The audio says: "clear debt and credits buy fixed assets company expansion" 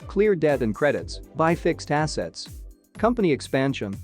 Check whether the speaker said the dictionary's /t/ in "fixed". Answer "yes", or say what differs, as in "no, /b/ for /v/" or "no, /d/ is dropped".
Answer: yes